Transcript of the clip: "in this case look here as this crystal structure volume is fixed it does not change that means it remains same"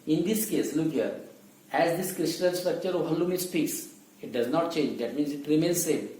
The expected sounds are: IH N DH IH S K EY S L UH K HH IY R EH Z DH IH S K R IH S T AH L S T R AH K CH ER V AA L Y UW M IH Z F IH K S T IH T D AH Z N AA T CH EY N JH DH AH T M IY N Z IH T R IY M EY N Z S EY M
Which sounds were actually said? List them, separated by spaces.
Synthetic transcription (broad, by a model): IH N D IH S K EY S L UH K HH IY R EH Z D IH S K R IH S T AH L S T R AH K CH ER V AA L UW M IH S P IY K S IH T D AH Z N AA T CH EY N JH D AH T M IY N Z IH T R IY M EY N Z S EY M